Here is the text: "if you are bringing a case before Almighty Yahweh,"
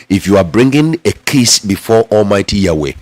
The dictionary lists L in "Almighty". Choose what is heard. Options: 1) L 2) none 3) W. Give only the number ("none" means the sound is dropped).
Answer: 1